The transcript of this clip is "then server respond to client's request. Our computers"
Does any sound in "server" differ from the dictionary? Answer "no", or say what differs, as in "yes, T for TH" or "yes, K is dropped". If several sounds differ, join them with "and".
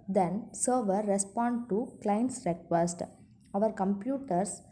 no